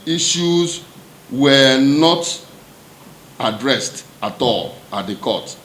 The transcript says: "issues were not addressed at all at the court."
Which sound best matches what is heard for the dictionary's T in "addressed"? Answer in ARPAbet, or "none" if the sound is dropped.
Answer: T